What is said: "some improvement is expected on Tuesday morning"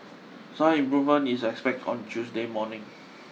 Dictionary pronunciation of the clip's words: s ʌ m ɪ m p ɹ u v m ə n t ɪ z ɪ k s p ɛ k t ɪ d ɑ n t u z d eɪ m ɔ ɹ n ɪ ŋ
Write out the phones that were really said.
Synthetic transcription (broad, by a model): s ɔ ɪ m p ɹ u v m ə n ɪ s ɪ k s p ɛ k t ɑ n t u s d eɪ m ɔ n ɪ ŋ